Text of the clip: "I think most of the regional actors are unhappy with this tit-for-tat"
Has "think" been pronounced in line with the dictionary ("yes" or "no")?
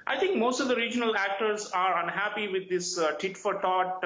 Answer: no